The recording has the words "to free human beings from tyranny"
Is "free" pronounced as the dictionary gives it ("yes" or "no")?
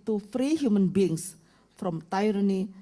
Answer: yes